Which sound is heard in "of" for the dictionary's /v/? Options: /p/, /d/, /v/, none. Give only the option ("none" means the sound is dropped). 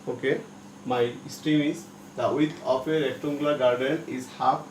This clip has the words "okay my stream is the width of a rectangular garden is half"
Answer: /p/